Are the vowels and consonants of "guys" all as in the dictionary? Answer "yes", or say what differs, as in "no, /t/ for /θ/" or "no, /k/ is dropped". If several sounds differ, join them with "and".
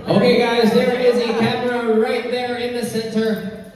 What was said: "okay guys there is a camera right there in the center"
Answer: yes